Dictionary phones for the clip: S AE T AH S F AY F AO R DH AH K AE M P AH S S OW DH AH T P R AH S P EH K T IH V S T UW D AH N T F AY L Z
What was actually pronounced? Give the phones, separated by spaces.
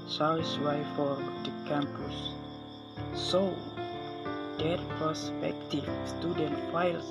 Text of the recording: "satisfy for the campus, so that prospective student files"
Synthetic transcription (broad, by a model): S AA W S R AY F AO R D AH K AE M P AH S S OW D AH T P AH S P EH K T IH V S T UW D AH N T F AY L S